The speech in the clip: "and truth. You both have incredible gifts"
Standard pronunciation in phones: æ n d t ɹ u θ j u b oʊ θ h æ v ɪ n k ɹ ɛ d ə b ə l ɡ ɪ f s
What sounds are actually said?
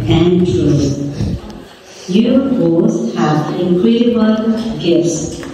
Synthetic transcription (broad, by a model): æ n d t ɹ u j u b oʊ s h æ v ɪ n k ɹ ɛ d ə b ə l ɡ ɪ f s